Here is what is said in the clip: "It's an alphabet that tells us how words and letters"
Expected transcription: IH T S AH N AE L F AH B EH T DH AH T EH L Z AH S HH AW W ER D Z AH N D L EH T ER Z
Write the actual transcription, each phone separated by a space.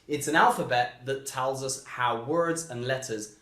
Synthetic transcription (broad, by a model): IH T S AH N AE L F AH B EH T DH AH T EH L Z AH S HH AW W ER D Z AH N L EH T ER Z